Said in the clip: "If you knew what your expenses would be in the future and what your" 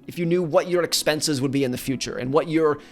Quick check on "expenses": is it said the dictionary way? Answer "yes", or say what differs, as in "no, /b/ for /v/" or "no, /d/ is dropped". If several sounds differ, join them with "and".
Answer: yes